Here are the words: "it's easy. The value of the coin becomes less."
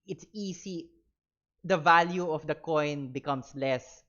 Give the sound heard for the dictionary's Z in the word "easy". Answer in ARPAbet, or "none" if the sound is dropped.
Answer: S